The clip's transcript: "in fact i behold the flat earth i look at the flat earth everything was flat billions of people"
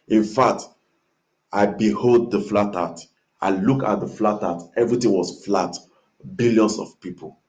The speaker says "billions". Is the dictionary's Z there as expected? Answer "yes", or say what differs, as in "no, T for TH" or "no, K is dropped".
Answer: no, S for Z